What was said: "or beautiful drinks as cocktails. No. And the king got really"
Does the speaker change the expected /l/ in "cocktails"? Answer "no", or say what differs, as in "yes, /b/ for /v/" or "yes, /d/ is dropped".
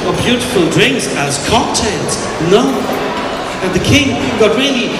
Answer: yes, /n/ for /l/